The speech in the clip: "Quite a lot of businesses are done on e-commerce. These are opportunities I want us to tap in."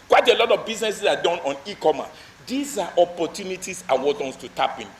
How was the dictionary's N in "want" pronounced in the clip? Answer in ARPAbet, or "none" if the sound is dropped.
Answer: none